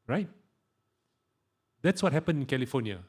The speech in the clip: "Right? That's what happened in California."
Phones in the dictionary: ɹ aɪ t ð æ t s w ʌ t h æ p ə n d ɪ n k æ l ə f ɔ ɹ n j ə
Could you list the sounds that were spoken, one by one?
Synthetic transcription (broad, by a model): ɹ aɪ t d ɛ t s w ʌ t h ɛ p ə n ɪ n k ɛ l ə f ɔ n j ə